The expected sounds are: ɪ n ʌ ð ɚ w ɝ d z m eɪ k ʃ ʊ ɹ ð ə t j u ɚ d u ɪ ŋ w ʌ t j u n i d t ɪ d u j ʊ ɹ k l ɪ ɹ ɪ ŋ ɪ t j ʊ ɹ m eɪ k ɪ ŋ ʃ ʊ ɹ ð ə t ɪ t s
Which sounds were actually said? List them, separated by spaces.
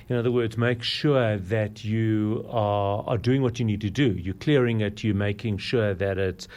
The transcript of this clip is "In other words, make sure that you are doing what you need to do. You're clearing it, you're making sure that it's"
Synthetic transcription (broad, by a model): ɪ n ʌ ð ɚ w ɝ d z m eɪ k ʃ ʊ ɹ ð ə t j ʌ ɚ d u ɪ ŋ w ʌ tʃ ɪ n i d t ɪ d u j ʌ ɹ k l ɪ ɹ ɪ ŋ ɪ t j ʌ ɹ m eɪ k ɪ ŋ ʃ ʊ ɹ ð ə t ɪ t s